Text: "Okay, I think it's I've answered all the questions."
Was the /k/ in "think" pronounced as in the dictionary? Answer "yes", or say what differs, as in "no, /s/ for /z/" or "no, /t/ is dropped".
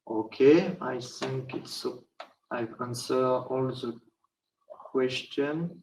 yes